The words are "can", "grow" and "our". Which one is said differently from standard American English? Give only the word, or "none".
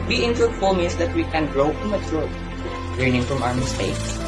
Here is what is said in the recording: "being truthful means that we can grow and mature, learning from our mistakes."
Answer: none